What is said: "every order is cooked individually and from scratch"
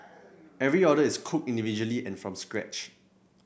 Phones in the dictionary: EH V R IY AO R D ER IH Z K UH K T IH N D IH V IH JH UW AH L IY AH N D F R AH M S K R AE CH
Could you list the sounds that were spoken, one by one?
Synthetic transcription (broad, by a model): EH V R IY AO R D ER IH S K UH K IH N D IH V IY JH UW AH L IY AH N F R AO M S K R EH CH